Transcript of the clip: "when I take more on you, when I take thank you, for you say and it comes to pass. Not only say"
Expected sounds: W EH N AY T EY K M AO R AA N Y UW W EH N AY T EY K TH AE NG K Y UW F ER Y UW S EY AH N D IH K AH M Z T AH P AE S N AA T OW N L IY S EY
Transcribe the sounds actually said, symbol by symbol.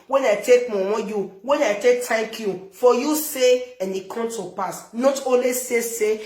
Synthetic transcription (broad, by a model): W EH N AY T EY K M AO W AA Y UW W EH N AY T EY K T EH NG K Y UW F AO Y UW S EY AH N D IH K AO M T AH P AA S N AA T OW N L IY S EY